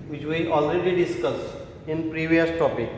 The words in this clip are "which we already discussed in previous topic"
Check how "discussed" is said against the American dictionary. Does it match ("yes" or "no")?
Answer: no